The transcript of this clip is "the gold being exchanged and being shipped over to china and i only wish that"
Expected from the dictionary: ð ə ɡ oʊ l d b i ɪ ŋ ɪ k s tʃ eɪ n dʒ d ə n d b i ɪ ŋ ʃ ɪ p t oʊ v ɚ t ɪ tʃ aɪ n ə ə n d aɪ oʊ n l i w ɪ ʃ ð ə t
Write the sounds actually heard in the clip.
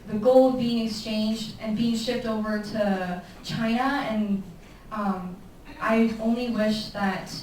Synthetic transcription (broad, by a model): ð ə ɡ oʊ l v b i ɪ ŋ ɪ k s tʃ eɪ n dʒ d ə n b i ɪ ŋ ʃ ɪ p t oʊ v ɚ t ɪ tʃ aɪ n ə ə n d aɪ oʊ n l i w ɪ ʃ ð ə t